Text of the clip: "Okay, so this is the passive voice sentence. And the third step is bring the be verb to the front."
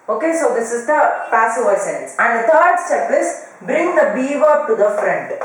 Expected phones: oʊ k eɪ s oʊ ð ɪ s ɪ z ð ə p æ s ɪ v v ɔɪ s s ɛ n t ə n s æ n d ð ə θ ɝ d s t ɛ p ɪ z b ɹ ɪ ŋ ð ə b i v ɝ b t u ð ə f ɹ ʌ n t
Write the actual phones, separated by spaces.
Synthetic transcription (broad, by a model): oʊ k eɪ s oʊ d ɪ s ɪ z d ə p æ s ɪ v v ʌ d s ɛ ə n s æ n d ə t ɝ d s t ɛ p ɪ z b ɹ ɪ ŋ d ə b i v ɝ t u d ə f ɹ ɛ n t